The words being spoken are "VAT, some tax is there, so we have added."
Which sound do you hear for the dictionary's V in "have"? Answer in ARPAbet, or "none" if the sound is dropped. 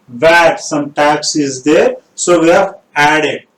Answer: F